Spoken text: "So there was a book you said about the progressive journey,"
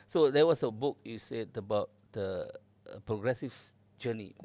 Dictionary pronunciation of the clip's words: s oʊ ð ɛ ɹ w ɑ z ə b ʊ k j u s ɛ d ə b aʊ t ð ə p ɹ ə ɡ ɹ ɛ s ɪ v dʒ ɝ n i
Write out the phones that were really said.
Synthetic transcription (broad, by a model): s oʊ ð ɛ w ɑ s ə b ʊ k j u s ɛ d ə b aʊ t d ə p ɹ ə ɡ ɹ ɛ s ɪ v dʒ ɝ n i